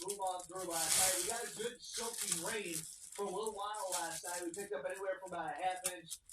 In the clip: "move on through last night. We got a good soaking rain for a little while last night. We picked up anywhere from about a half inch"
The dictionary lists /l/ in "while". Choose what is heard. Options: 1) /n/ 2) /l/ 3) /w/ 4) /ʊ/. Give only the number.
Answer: 1